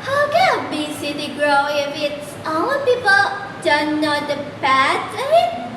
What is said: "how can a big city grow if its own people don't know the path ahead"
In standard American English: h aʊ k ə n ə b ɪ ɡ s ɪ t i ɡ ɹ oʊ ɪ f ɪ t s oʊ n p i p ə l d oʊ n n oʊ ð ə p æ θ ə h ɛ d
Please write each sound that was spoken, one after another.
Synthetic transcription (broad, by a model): h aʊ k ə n ə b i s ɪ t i ɡ ɹ oʊ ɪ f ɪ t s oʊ p i p ə l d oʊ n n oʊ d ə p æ s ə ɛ